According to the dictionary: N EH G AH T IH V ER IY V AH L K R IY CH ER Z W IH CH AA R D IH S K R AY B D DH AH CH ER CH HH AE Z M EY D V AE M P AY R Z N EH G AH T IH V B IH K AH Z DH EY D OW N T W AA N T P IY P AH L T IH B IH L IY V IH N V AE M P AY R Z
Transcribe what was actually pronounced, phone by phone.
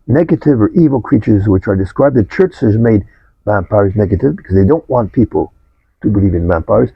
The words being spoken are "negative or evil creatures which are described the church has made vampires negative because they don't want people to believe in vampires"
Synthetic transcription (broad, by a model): N EH G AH T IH V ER IY V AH L K R IY CH ER Z W IH CH AA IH D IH S K R AY B DH AH CH ER CH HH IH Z M EY D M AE M P AY R Z N EH G AH T IH V B IH K AH Z DH EY D OW N T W AA N P IY P L T IH B IH L IY V IH N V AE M P AY R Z